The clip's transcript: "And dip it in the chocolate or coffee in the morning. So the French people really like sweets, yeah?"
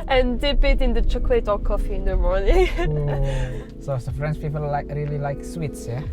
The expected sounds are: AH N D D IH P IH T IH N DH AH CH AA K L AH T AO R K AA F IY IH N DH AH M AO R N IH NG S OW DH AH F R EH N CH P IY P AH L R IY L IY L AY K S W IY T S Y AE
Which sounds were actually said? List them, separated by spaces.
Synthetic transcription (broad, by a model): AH N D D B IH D IH N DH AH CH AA K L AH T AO L K AA F IY IH N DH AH M AO R N IH NG S OW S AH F R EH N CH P IY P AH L R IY L IY L AY K S W IY T S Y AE